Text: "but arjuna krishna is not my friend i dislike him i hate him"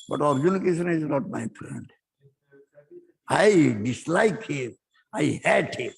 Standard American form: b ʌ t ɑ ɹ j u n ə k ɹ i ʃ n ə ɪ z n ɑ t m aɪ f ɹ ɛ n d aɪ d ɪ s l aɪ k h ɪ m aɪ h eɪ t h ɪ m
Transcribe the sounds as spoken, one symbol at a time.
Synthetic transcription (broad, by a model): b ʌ t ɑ ɹ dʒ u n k i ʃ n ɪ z n ɑ t m aɪ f ɹ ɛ n d aɪ d ɪ s l aɪ k h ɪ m aɪ h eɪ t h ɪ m